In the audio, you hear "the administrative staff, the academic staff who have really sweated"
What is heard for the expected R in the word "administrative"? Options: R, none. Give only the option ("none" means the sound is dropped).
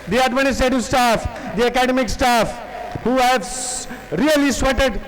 none